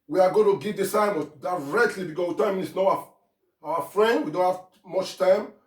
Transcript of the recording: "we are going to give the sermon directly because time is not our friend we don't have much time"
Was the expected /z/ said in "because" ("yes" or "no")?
no